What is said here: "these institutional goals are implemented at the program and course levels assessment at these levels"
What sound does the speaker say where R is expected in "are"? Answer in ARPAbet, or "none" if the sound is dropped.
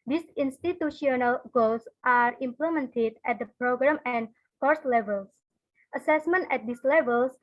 R